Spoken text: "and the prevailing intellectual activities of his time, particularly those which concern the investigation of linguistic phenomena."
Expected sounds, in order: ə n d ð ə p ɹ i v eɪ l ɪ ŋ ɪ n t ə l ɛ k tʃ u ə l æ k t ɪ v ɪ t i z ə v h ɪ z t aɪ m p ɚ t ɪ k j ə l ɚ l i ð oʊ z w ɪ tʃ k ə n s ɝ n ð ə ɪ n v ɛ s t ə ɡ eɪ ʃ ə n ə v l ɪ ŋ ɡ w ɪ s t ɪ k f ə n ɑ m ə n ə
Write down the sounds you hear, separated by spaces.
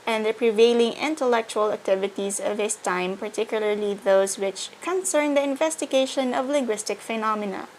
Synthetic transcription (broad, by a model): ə n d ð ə p ɹ i v eɪ l ɪ ŋ ɪ n t ə l ɛ k tʃ u ə l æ k t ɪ v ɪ t i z ə v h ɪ s t aɪ m p ɚ t ɪ k j ə l ɚ l i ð oʊ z w ɪ tʃ k ə n s ɝ n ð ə ɪ n v ɛ s t ə ɡ eɪ ʃ ə n ə v l ɪ ŋ ɡ w ɪ s t ɪ k f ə n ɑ m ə n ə